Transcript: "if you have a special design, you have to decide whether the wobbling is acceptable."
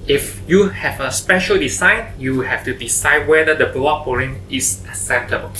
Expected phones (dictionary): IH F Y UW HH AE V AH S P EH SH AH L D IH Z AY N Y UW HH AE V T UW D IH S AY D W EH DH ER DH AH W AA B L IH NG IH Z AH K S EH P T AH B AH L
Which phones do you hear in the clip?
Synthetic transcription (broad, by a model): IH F Y UW HH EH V AH S P EH SH AH L D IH S AY N Y UW HH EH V T UW D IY S AY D W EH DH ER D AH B AA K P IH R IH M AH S S EH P T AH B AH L